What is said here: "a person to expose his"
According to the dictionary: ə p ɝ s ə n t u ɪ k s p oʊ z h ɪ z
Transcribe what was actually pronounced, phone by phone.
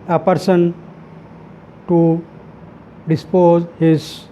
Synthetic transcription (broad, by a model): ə p ɝ s ə n t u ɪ s p oʊ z h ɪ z